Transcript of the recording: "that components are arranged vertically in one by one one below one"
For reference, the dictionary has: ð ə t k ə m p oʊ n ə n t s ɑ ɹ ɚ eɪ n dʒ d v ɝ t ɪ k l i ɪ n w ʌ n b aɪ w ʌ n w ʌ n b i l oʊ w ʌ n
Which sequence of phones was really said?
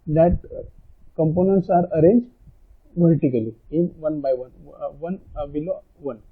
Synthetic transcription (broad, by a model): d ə t k ə m p oʊ n ə n t s ɑ ɹ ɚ eɪ n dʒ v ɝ t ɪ k l i ɪ n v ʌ n b aɪ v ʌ n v ʌ n b i l oʊ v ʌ n